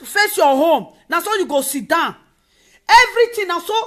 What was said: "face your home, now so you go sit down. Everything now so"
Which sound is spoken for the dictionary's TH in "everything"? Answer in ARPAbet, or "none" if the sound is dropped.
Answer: T